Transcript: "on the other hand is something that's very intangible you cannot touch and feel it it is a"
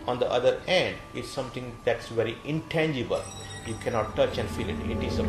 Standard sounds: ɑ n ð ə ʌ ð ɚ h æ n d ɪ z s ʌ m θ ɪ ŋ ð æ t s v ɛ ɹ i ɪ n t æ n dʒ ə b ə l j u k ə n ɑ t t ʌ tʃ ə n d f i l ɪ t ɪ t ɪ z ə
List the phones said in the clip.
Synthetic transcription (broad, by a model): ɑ n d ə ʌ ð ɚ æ n d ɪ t s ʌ m t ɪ ŋ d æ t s v ɛ ɹ i ɪ n t æ n dʒ ə b ə l j u k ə n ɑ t t ʌ tʃ ə n d f i l ɪ t ɪ t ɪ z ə